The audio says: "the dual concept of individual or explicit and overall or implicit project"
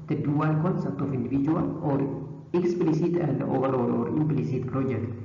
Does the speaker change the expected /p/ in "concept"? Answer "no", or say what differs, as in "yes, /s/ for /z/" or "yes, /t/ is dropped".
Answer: yes, /p/ is dropped